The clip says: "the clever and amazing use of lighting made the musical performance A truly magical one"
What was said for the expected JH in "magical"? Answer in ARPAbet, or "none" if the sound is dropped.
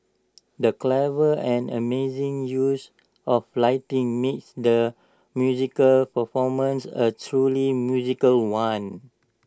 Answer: Z